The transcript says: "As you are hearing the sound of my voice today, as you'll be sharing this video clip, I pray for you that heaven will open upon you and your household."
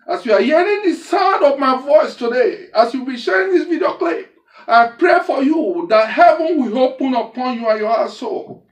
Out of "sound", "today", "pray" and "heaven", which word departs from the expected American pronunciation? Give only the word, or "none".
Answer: sound